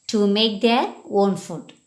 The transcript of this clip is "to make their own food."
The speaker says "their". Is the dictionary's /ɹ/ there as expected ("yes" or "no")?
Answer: no